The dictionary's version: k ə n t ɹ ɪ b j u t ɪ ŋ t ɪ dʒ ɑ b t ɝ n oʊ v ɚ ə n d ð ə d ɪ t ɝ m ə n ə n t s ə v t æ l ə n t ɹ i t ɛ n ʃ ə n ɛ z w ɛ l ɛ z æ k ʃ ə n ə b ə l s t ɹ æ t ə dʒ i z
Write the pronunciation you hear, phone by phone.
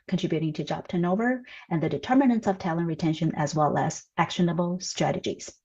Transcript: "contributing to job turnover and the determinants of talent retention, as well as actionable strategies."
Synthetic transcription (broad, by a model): k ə n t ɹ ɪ b j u t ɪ ŋ t ɪ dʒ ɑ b t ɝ n oʊ v ɚ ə n ð ə d ɪ t ɝ m ə n ə n t s ə v t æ l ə n ɹ i t ɛ n ʃ ə n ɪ z w ɛ l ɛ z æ k ʃ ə n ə b l s t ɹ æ t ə dʒ i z